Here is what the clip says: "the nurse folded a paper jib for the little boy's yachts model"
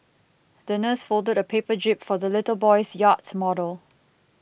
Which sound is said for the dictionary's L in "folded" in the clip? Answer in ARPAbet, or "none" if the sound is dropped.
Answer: L